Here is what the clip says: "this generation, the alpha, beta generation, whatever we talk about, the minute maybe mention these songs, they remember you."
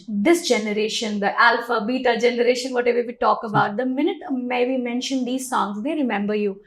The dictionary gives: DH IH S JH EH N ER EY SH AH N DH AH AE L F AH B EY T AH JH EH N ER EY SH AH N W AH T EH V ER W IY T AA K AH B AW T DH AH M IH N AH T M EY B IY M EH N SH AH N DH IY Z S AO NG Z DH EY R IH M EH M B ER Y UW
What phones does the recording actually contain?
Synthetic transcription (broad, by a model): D IH S JH EH N ER EY SH AH N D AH AE L F AH B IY T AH JH EH N ER EY SH AH N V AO T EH V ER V IY T AA K AH B AW T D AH M IH N AH T M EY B IY M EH N SH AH N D IY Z S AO NG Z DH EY R IH M EH M B ER Y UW